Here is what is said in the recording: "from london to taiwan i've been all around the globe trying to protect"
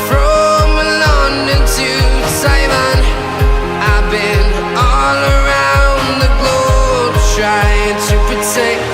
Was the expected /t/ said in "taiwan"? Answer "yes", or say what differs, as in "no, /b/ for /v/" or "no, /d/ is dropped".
no, /s/ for /t/